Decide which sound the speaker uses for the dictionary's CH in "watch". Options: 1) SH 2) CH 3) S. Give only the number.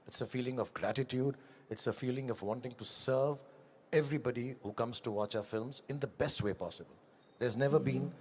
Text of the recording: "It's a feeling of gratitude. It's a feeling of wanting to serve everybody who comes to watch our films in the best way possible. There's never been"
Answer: 2